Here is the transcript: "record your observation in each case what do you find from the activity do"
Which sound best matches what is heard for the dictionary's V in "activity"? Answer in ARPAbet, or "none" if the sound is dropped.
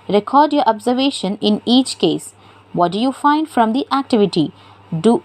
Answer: V